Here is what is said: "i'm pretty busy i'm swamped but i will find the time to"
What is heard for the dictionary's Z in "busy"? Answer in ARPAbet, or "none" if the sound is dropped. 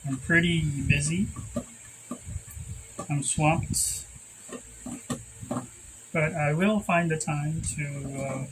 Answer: Z